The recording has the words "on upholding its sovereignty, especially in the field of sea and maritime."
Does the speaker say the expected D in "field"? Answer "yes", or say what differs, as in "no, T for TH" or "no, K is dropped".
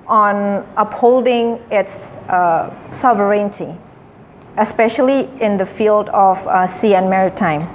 yes